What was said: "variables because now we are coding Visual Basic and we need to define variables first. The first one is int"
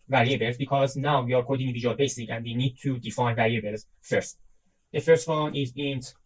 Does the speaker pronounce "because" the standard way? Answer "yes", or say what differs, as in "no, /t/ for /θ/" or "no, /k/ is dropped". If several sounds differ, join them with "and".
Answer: yes